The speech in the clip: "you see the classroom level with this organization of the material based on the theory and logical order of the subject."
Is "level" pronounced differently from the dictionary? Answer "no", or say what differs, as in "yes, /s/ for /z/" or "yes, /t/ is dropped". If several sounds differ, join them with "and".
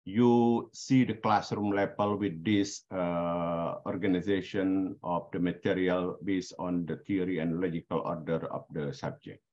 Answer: yes, /p/ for /v/